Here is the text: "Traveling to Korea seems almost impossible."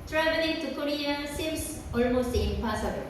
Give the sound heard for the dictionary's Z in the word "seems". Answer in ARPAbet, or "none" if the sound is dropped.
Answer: S